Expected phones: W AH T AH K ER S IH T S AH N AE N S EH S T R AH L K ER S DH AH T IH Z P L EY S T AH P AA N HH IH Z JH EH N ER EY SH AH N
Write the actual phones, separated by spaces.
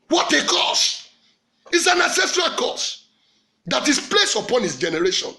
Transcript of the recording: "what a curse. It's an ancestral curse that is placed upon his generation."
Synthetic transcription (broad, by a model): W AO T AH K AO S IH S AH N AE S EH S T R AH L K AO S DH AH T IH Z P L EY S AH P AA N HH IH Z JH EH N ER EY SH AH N